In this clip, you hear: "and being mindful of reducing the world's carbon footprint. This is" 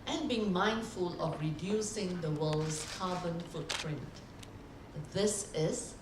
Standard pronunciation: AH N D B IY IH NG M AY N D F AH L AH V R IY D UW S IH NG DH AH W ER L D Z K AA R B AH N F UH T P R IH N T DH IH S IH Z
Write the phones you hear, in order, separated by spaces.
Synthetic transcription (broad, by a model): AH N B IY IH NG M AY N D F AH L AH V R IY D UW S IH NG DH AH W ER L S K AA B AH N F UH T P R IH N T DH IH S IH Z